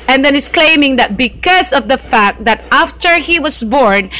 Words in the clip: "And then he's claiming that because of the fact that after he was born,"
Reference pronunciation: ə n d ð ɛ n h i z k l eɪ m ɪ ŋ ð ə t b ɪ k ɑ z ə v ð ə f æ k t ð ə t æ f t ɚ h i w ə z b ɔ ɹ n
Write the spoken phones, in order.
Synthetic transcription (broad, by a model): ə n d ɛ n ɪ s k l eɪ m ɪ ŋ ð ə t b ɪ k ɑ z ə v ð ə f æ k t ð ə t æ f t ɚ h i w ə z b ɔ ɹ n